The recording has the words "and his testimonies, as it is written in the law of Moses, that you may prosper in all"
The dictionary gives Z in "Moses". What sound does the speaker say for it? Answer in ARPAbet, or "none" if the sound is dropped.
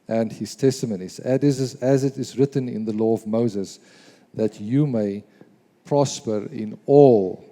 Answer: Z